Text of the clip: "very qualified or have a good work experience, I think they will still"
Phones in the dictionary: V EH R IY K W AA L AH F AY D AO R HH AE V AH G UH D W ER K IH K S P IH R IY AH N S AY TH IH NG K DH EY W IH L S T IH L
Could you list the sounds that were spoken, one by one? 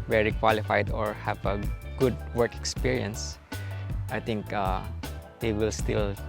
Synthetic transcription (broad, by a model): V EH R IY K W AA L AH F AY D AO R HH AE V AH G UH D W ER K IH K S P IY R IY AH N S AY T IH NG K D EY W IH L S T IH L